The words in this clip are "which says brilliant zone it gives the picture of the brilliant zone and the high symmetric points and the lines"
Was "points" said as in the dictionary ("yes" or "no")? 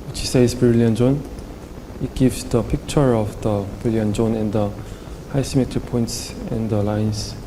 yes